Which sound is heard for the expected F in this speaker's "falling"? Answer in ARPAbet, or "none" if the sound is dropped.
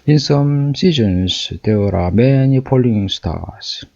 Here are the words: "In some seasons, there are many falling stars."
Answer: P